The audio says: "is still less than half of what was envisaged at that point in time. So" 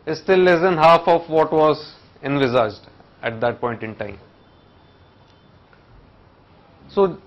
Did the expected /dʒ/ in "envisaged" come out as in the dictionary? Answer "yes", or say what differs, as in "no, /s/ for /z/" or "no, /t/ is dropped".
yes